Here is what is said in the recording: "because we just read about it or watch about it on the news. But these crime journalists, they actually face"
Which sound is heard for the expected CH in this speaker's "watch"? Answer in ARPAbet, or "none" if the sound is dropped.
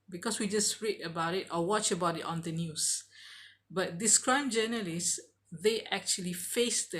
CH